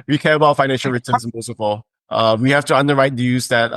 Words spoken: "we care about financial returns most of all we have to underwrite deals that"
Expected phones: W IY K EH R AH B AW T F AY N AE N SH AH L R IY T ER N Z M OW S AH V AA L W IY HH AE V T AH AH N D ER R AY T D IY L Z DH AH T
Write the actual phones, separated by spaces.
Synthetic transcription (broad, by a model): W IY K EH R AH B AW T F AY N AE N SH L R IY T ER N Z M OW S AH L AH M W IY HH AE F T AH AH N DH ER R AY T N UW Z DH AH T